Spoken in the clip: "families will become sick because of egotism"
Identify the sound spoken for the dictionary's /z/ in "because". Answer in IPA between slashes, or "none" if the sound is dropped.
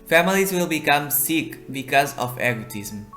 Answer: /z/